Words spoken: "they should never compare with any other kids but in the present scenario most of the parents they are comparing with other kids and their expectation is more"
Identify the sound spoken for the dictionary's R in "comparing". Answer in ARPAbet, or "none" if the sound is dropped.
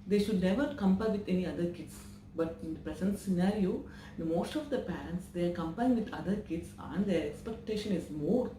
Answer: none